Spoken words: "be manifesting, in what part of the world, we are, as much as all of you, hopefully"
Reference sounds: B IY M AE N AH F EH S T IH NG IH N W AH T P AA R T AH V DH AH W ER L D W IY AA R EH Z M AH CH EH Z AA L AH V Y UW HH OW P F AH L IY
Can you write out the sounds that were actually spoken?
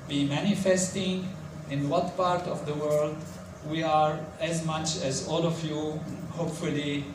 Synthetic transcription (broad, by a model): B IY M AE N AH F EH S T IH NG IH N W AH T P AA R T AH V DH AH W ER L D W IY AA R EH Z M AH CH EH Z AA L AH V Y UW HH OW P F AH L IY